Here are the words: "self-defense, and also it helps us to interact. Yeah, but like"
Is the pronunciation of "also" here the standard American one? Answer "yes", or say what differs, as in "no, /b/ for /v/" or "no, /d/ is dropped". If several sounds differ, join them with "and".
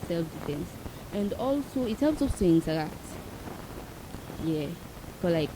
yes